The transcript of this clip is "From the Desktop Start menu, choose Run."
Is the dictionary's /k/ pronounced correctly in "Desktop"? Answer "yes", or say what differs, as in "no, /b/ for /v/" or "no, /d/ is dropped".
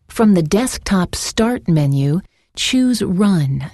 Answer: yes